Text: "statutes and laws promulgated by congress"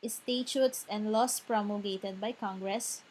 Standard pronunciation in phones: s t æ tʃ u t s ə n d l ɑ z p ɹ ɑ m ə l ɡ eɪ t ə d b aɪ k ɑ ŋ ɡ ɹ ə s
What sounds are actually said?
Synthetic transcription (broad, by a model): s t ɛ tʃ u t s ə n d l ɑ s p ɹ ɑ m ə ɡ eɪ t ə d b aɪ k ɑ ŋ ɡ ɹ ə s